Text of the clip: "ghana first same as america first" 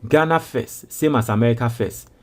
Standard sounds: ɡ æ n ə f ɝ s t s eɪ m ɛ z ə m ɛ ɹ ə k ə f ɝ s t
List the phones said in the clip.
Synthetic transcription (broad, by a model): ɡ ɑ n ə f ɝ s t s eɪ m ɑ s ə m ɛ ɹ ə k ə f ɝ s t